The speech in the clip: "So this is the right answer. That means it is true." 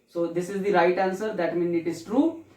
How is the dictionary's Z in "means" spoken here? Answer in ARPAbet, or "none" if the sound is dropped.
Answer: none